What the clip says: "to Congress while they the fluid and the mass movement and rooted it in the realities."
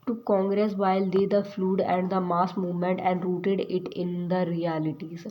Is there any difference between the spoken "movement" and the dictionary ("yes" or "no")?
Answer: no